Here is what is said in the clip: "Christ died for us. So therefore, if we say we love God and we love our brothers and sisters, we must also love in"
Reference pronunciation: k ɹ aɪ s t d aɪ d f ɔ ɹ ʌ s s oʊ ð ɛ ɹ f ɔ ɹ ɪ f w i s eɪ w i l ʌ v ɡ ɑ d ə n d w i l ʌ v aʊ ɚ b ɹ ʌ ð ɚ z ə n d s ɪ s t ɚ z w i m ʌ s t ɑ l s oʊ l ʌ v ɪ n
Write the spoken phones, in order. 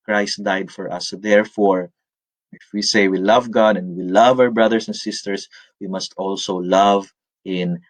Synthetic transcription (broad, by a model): k ɹ aɪ s t d aɪ d f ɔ ɹ ʌ s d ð ɛ ɹ f ɔ ɹ ɪ f w i s eɪ w i l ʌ v ɡ ɑ d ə n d w i l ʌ v aʊ ɚ b ɹ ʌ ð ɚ s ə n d s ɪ s t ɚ s w i m ʌ s t ɑ l s oʊ l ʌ v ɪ n